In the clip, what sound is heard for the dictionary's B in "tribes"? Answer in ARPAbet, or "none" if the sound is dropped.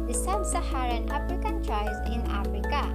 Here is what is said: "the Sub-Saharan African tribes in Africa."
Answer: none